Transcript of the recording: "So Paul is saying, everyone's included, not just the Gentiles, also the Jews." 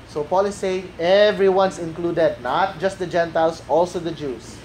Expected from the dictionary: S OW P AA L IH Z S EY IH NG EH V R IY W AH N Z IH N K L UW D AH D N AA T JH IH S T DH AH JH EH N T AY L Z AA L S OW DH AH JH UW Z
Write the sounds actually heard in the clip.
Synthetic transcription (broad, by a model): S OW P AA L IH S EY IH NG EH V R IY W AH N S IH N K L UW D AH D N AA T JH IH S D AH JH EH N T AY L S AA L S OW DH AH JH UW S